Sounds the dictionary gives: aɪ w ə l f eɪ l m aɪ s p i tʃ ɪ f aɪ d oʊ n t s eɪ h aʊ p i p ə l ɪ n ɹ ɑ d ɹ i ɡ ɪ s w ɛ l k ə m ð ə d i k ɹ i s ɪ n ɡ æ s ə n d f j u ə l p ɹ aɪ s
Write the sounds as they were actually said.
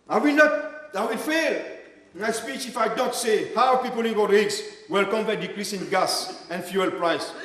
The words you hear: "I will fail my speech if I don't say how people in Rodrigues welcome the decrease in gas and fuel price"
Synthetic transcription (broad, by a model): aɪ w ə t f eɪ l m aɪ s p i tʃ ɪ f aɪ d oʊ n t s eɪ h aʊ p i p ə l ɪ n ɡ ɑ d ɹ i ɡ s w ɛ l k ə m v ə d i k ɹ i s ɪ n ɡ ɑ s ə n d f j u ə l p ɹ aɪ s